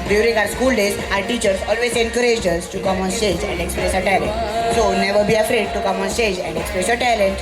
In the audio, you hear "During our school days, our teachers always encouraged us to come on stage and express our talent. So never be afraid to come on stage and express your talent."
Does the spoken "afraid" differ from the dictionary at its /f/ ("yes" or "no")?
no